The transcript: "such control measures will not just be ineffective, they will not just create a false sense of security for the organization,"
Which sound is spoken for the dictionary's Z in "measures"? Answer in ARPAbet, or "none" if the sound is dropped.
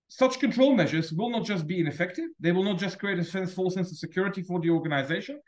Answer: Z